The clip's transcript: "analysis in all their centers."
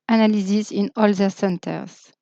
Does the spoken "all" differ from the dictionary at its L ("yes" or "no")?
no